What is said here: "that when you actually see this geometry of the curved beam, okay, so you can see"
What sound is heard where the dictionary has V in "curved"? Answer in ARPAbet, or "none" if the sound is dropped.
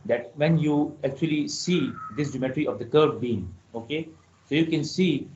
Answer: none